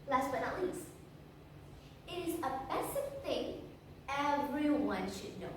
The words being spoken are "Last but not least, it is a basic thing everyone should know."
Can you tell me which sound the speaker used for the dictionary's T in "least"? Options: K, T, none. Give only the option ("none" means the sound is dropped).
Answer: none